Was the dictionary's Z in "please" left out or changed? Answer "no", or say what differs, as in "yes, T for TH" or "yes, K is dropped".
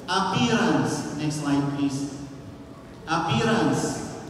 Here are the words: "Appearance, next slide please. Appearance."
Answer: yes, S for Z